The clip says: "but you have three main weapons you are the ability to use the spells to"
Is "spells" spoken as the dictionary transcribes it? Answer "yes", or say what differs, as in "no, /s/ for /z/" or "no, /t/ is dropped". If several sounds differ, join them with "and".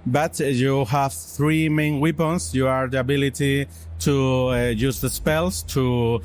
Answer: no, /s/ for /z/